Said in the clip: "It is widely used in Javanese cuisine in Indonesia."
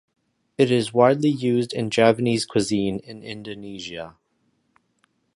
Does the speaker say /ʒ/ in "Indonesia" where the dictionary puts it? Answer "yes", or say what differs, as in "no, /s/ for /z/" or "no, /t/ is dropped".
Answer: yes